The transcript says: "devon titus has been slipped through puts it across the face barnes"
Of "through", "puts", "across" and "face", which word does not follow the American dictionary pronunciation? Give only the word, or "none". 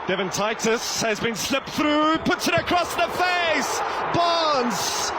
none